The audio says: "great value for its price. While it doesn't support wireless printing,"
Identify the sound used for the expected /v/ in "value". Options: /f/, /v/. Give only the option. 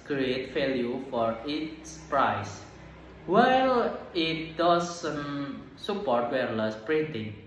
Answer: /f/